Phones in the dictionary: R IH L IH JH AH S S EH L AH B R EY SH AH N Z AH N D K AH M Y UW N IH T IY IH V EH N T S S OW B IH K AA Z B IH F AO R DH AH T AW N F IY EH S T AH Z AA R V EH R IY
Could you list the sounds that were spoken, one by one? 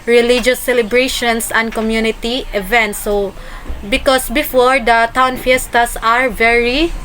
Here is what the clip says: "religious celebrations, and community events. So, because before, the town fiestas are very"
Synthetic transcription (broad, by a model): R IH L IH JH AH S S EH L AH B R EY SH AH N S AH N D K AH M Y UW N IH T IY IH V EH N T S S OW B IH K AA S B IH F AO R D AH T AW N F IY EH S T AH S AA R V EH R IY